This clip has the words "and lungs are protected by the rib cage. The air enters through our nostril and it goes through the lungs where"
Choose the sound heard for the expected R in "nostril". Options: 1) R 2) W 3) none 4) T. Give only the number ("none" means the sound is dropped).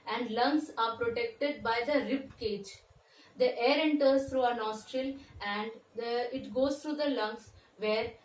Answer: 1